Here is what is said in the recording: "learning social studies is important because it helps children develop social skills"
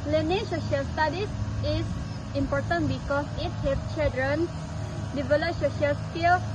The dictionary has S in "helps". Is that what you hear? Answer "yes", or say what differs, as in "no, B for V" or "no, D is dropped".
no, S is dropped